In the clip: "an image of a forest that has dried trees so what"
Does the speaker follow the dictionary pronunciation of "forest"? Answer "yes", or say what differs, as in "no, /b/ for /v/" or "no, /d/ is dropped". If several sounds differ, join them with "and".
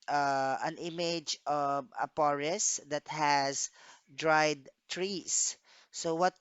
no, /p/ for /f/